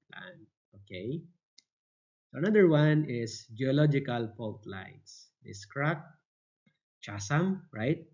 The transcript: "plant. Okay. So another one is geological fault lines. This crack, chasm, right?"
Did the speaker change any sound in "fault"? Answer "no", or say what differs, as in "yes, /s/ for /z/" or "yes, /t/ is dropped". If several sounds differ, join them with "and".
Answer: yes, /p/ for /f/